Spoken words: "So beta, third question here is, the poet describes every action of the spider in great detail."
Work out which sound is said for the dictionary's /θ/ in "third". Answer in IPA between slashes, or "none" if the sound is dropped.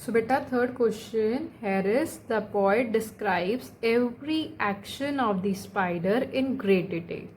/t/